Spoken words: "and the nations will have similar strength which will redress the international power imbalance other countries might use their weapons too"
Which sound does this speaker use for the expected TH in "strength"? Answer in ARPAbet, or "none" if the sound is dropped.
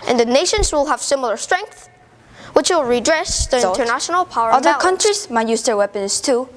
TH